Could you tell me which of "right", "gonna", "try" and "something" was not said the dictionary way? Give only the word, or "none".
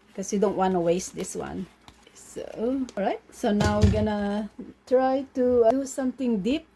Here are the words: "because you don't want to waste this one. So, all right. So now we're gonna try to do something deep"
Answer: something